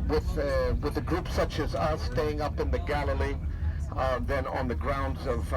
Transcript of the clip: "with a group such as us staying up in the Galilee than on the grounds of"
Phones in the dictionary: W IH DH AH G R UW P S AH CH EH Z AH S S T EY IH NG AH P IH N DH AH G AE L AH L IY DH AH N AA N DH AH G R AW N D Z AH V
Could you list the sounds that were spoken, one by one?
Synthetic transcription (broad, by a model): W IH DH AH G R UW P S AH CH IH Z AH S S T EY IH NG AH P IH N DH AH G AE L AH L IY DH AH N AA N DH AH G R AW N D Z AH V